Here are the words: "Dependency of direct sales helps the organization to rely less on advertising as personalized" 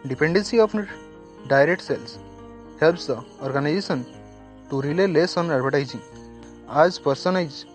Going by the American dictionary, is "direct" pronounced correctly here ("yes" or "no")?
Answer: yes